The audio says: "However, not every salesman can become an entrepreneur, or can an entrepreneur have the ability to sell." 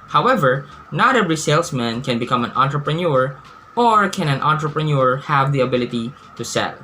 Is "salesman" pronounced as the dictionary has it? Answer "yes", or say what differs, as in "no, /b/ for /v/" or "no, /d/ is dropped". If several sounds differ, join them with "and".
no, /s/ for /z/